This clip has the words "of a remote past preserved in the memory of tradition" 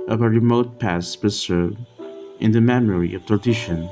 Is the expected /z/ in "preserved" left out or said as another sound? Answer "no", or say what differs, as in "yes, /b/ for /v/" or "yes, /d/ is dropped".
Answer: yes, /s/ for /z/